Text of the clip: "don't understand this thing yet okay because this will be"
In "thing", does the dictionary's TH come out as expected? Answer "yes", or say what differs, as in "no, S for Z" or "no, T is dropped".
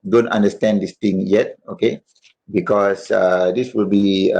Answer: no, T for TH